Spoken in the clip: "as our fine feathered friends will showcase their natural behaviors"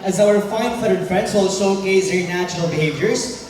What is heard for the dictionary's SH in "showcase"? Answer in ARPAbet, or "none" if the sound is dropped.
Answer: S